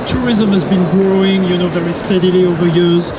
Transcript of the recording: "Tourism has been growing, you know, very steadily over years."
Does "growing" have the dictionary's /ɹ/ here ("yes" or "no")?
yes